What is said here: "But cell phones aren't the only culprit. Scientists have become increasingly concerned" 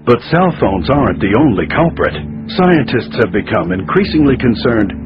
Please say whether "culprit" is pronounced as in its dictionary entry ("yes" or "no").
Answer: yes